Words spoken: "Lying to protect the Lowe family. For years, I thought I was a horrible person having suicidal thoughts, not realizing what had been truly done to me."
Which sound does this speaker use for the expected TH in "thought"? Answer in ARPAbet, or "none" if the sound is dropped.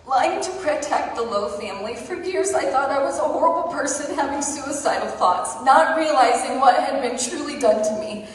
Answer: TH